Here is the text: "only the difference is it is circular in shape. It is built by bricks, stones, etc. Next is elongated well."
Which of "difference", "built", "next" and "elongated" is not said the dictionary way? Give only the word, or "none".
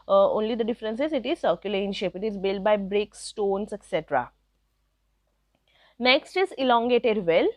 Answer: none